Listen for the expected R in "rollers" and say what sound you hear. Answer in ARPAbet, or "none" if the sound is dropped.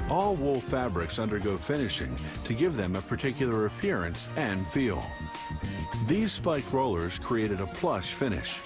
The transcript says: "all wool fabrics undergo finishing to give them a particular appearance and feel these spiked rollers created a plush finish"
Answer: R